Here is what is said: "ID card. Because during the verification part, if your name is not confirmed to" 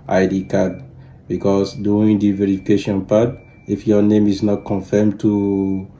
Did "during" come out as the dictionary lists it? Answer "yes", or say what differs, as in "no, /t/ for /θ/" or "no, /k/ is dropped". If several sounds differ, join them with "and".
no, /ɹ/ is dropped